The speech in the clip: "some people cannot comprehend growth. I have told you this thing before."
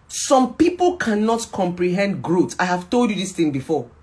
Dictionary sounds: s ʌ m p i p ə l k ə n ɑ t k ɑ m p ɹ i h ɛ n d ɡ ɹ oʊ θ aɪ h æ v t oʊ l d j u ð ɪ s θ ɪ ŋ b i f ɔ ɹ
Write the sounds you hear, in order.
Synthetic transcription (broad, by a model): s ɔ m p i p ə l k ə n ɑ t k ɑ m p ɹ i h ɛ n d ɡ ɹ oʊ t aɪ h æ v t oʊ l d j u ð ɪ s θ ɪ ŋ b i f ɔ